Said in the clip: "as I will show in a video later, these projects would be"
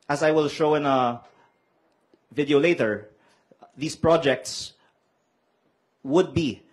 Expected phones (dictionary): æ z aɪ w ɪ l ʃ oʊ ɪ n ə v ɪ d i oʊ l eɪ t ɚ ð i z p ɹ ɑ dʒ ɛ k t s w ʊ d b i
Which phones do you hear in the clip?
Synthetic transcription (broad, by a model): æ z aɪ w ɪ l ʃ oʊ ɪ n ə v ɪ d i oʊ l eɪ t ɚ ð i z p ɹ ɑ dʒ ɛ k t s w ʊ d b i